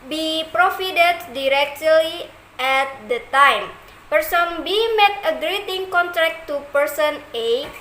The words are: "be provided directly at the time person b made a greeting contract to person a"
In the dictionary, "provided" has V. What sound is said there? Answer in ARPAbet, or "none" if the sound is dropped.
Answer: F